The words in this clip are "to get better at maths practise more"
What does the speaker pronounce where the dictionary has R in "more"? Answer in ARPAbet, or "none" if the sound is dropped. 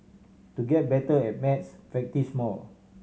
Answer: L